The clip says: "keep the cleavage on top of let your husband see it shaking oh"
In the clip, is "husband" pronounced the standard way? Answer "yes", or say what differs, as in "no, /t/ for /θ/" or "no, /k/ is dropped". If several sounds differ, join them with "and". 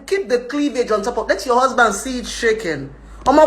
yes